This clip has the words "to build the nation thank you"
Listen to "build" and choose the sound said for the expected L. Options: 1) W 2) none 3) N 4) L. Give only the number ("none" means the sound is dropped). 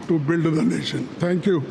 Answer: 4